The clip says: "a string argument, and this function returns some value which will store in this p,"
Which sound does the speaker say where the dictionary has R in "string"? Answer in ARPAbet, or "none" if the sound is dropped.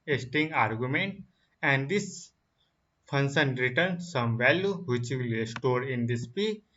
none